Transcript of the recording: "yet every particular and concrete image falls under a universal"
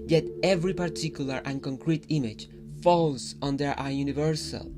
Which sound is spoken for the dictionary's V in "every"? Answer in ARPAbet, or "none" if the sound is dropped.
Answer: V